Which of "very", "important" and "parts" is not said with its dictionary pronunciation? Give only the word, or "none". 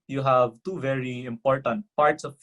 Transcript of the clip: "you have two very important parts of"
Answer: none